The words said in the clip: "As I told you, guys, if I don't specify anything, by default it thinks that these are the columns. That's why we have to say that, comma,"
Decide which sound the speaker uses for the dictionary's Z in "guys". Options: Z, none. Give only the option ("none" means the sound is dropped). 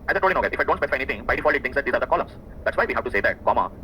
none